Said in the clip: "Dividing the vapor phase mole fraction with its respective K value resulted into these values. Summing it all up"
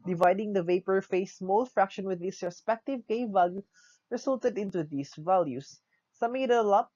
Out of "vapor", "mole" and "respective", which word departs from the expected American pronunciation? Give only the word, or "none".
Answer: none